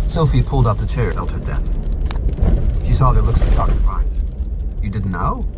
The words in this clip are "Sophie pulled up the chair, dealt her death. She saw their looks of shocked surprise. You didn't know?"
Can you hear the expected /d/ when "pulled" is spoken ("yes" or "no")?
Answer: yes